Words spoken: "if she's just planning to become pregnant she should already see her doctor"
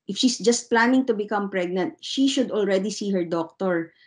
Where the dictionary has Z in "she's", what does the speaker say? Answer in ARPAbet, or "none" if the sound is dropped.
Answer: S